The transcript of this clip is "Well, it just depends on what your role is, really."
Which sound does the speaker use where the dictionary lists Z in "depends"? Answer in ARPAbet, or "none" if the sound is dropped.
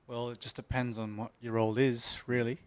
Z